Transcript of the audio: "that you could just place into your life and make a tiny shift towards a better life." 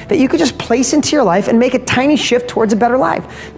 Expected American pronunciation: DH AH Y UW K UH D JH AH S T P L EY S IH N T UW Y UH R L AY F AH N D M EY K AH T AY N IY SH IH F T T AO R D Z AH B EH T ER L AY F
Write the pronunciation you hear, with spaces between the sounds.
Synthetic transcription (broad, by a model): DH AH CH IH K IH D JH AH S P L EY S IH N T UW Y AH R L AY F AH N M EY K AH T AY N IY SH IH F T T AO R D Z AH B EH T ER L AY F